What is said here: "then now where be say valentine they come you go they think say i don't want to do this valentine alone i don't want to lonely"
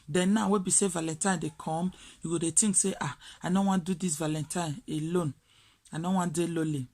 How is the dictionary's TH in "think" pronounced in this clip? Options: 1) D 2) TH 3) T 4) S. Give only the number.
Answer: 3